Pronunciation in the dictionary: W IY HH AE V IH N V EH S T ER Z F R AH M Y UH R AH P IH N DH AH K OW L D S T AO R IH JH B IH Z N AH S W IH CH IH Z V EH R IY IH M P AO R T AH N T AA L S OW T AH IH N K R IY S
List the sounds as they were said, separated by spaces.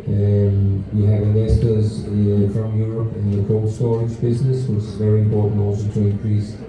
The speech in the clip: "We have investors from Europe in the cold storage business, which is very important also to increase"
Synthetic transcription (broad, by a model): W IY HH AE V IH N EH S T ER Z F R AH M Y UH R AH P IH N DH AH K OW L S T AO R IH JH B IH Z N AH S W IH CH IH Z V EH R IY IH M P AO R T N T AA L S OW T AH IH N K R IY S